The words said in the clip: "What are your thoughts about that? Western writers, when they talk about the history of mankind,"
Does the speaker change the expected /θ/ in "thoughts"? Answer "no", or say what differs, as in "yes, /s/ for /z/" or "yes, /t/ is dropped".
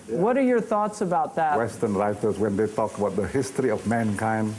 no